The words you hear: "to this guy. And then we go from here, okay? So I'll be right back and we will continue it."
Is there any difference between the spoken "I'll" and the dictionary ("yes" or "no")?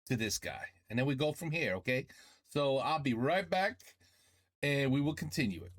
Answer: no